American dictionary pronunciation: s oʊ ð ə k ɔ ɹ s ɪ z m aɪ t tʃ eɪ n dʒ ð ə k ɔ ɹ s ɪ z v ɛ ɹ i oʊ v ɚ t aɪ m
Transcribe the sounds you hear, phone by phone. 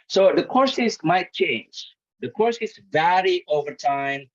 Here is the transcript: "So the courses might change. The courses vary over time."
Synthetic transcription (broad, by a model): s oʊ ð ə k ɔ ɹ s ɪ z m aɪ t tʃ eɪ n dʒ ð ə k ɔ ɹ s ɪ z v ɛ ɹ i oʊ v ɚ t aɪ m